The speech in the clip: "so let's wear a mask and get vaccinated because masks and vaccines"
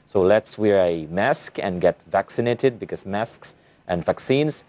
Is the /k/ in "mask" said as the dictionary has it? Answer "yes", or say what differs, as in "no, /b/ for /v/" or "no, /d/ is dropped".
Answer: yes